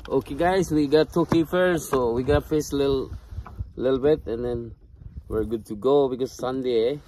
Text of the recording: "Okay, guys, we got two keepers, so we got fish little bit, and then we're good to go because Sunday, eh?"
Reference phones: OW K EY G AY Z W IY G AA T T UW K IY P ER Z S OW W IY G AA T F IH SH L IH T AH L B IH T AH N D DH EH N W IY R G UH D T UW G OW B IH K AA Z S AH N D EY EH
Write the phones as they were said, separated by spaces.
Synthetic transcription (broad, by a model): OW K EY G AY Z W IY G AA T T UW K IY F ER S OW W IY G AA T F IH S L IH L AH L B IH T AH N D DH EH N W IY R G UH D T UW G OW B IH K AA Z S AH N D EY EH